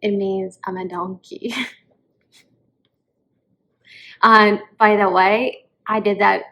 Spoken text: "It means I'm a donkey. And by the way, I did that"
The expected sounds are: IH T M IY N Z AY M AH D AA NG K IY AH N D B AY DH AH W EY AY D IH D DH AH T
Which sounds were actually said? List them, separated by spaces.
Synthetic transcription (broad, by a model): IH T M IY N Z AY M AH D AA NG K IY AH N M B AY DH AH W EY AY D IH D DH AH T